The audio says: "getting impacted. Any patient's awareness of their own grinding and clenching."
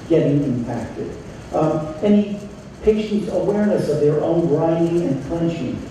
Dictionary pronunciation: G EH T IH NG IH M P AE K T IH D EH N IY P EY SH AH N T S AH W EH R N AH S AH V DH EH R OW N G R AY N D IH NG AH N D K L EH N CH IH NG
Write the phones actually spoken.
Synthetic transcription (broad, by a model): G EH T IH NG IH M P AE K T IH D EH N IY P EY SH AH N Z AH W EH R N AH S AH V DH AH R OW N R AY D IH NG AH N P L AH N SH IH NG